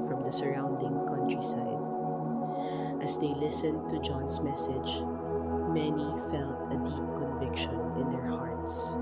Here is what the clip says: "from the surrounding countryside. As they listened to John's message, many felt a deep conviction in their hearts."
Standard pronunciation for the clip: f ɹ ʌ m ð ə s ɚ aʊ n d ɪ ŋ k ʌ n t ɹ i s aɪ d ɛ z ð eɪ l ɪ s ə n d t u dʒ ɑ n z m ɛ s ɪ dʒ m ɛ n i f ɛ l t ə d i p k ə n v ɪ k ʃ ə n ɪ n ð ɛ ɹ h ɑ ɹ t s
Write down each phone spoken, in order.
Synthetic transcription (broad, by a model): f ɹ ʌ m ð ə s ɚ aʊ n d ɪ ŋ k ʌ n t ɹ i s aɪ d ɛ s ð eɪ l ɪ s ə n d t u dʒ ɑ n s m ɛ s ɪ dʒ m ɛ n i f ɛ l t ə d i p k ə n v ɪ k ʃ ə n ɪ n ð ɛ ɹ h ɑ ɹ t s